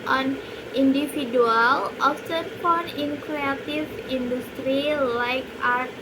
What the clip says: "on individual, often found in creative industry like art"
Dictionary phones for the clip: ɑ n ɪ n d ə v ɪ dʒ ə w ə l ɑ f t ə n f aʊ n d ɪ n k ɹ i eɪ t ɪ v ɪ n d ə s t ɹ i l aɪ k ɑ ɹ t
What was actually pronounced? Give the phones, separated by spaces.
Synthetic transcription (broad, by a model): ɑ n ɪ n d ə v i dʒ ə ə l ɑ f s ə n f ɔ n ɪ n k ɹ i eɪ t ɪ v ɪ n d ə s t ɹ i l aɪ k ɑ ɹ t